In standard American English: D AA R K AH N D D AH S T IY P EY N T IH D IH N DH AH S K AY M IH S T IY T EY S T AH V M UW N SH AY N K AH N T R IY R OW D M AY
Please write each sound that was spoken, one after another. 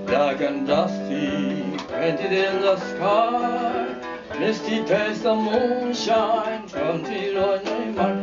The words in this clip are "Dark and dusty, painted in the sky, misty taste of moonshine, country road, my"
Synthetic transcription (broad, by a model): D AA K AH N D D AH S T IY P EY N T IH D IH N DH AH S K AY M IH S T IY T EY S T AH M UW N SH AY N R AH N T IY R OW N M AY